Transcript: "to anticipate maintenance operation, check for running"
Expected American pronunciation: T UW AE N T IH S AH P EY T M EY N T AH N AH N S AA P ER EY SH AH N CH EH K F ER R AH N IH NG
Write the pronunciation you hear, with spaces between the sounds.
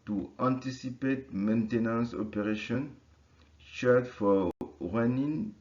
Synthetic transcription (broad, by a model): T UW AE N T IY S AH P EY T M EY N T AH N AH N S AA P ER EY SH AH N SH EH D F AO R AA N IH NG